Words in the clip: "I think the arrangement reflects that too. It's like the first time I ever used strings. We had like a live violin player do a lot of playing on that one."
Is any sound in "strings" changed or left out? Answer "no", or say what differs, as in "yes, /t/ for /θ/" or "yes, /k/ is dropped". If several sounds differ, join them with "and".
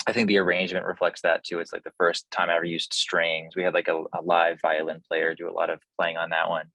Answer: no